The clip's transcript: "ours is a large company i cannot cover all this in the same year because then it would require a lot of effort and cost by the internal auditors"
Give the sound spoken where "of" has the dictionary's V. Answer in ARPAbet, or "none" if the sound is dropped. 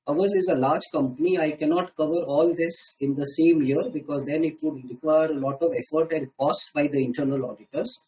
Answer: V